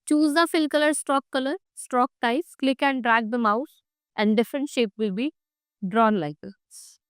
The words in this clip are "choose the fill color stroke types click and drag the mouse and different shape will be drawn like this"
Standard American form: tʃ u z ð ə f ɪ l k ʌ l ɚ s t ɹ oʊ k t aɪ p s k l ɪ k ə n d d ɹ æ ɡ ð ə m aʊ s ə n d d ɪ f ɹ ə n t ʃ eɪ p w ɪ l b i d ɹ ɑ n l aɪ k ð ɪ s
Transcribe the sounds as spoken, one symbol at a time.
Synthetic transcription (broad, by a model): tʃ u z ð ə f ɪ l k ʌ l ɚ s t ɹ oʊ k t aɪ s k l ɪ k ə n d d ɹ æ ɡ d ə m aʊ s ə n d d ɪ f ɹ ə n t ʃ eɪ p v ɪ l b i d ɹ ɑ n l aɪ k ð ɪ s